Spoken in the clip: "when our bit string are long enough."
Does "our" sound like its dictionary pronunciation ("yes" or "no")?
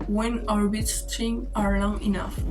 yes